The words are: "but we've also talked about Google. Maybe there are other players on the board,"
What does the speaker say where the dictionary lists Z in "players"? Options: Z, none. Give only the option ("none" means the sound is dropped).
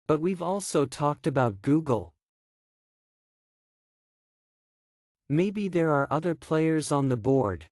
Z